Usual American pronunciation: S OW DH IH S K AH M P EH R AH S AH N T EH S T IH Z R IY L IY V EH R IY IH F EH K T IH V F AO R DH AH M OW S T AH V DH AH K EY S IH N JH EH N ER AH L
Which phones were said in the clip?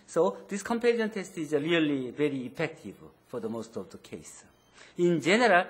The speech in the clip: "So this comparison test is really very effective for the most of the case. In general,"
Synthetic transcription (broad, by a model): S OW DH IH S K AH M P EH L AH AH N T EH S T IH Z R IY L IY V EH R IY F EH K T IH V F AO R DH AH M OW S T AH V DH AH K EY S IH N JH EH N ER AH L